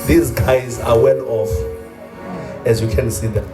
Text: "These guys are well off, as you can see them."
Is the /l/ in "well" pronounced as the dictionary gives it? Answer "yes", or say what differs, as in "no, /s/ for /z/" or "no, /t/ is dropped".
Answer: no, /n/ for /l/